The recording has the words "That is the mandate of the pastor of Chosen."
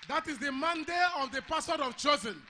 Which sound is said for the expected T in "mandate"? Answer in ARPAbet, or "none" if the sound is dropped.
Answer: none